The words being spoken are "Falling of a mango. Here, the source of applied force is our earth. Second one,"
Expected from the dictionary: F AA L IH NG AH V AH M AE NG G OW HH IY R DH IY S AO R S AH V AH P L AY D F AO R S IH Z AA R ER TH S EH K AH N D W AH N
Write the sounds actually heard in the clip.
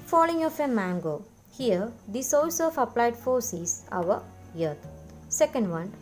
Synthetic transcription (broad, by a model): F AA L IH NG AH F AH M AE NG G OW HH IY R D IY S AO L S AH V AH P L AY D F AO R S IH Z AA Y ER T S EH K AH N D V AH N